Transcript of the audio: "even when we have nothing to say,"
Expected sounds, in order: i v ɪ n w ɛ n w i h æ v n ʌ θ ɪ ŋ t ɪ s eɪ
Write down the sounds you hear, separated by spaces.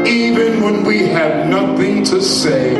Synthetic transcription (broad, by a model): i v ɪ n w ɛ n w i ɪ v n ʌ θ ɪ ŋ t ɪ s eɪ